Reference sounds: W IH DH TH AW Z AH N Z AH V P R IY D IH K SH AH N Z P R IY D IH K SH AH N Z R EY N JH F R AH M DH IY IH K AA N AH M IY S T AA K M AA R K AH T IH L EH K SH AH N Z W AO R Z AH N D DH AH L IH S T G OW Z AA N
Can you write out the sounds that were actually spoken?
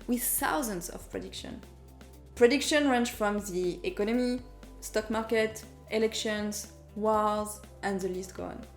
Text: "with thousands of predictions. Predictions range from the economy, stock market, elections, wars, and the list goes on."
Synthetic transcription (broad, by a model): W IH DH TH AW Z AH N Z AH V P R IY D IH K SH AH N P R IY D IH K SH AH N R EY N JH F R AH M DH IY IH K AA N AH M IY S T AA K M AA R K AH T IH L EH K SH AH N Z W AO L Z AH N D DH AH L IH S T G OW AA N